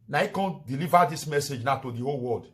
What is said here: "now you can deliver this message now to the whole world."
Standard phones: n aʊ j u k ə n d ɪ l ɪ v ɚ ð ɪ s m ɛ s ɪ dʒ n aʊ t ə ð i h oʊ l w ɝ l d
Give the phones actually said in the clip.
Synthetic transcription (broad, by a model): n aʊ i k ə n d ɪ l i v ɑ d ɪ s m ɛ s ɪ dʒ n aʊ t ə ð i h oʊ l w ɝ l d